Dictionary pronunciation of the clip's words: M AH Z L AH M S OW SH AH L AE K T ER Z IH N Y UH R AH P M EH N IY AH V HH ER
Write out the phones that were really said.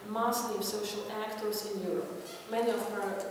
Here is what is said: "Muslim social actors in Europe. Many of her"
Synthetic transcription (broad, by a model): M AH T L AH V S OW SH AH L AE K T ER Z IH N Y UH R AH P M EH N IY AH V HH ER